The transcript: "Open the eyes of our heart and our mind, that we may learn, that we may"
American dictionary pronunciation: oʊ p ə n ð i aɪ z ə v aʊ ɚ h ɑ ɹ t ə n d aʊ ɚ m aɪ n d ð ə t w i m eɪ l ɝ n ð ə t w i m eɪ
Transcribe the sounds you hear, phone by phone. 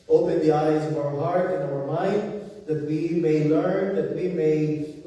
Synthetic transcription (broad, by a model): oʊ p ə n ð i aɪ z ə v aʊ ɚ h ɑ ɹ t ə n aʊ ɚ m aɪ n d ð ə t w i m eɪ l ɝ n ð ə t w i m eɪ